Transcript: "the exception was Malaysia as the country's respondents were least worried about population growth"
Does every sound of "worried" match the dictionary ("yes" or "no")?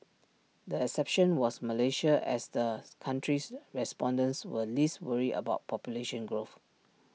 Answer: no